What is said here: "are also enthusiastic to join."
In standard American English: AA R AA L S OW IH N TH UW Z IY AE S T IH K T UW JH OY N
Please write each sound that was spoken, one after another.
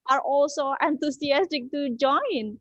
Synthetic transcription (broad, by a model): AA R AA L S OW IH N T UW S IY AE S T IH K T UW JH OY N